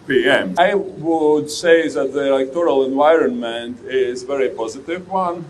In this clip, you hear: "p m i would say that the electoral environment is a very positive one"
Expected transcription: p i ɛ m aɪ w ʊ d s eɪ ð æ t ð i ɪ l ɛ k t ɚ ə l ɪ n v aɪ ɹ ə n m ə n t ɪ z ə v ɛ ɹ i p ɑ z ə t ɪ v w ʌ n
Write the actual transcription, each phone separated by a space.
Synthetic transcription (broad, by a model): p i ɛ m aɪ w ʊ d s eɪ ð æ t ð i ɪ l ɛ k t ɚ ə l ɪ n v aɪ ɹ ə n m ə n t ɪ z v ɛ ɹ i p ɑ z ə t ɪ v w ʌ n